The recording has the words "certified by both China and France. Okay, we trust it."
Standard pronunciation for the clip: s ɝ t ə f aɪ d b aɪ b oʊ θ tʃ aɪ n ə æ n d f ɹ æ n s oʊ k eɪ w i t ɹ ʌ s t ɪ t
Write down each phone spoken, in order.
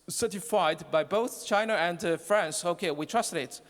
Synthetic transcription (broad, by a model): s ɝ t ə f aɪ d b aɪ b oʊ θ tʃ aɪ n ə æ n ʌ f ɹ æ n s oʊ k eɪ w i t ɹ ʌ s t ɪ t